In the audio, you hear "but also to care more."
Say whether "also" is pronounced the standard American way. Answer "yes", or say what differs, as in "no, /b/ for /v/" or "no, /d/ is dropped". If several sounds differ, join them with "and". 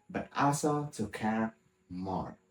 no, /l/ is dropped